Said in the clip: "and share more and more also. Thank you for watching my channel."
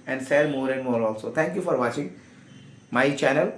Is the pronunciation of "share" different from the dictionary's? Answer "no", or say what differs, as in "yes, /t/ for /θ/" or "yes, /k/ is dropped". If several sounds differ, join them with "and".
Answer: yes, /s/ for /ʃ/